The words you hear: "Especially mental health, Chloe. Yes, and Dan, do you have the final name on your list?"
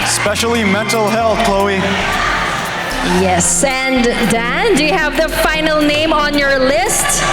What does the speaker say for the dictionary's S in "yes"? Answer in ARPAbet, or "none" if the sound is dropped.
S